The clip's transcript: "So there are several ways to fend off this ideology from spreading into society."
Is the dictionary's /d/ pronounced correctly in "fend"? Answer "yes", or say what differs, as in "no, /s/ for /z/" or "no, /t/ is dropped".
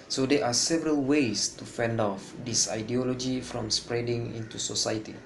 yes